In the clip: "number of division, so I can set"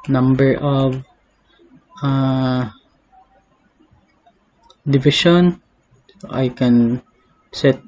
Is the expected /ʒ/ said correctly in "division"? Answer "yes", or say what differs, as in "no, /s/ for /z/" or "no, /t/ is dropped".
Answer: no, /ʃ/ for /ʒ/